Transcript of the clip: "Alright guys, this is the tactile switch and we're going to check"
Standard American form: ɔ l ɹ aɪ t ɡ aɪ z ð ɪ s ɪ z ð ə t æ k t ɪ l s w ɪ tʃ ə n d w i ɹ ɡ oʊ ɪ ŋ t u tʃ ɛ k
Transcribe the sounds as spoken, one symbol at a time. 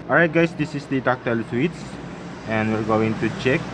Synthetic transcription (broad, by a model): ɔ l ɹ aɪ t ɡ aɪ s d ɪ s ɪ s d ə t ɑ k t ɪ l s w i s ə n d w i ɹ ɡ oʊ ɪ ŋ t u tʃ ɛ k